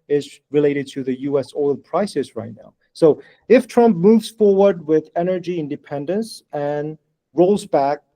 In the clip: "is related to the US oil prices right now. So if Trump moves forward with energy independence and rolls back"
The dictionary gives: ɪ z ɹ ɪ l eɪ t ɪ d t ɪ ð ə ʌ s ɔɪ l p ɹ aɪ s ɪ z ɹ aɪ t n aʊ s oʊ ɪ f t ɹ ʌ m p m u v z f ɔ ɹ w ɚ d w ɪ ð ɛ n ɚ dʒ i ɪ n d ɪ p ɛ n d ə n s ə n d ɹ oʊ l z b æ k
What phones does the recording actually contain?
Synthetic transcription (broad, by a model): ɪ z ɹ ɪ l eɪ t ɪ d t ɪ ð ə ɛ s ɔɪ l p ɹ aɪ s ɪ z ɹ aɪ t n aʊ s oʊ ɪ f t ɹ ʌ m p m u v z f ɔ ɹ w ɚ d w ɪ ð ɛ n ɚ dʒ i ɪ n d ɪ p ɛ n d ə n s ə n ɹ oʊ l z b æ k